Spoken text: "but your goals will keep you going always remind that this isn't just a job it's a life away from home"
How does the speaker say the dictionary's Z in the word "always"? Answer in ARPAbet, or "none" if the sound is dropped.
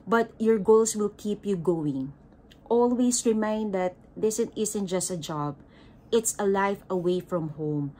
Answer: S